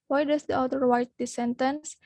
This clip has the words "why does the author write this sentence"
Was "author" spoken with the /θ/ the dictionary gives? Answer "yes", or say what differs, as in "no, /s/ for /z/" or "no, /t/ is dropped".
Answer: no, /t/ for /θ/